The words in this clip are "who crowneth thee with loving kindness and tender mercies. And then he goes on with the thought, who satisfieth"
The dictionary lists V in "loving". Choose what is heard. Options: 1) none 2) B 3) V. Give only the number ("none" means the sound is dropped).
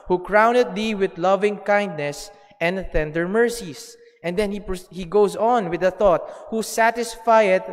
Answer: 3